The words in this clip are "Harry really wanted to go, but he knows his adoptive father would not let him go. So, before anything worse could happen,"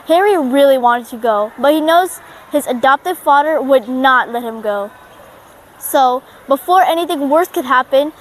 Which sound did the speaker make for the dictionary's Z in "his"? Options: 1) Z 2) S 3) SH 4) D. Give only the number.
1